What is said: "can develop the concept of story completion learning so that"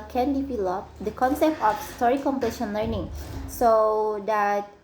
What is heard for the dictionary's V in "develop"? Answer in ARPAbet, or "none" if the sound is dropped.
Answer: P